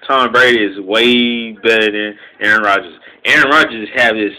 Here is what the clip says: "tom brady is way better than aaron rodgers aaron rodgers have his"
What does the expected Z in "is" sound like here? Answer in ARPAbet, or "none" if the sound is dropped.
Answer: Z